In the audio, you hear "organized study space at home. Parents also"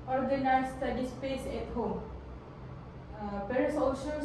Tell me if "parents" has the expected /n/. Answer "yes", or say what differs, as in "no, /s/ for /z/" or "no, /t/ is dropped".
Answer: no, /n/ is dropped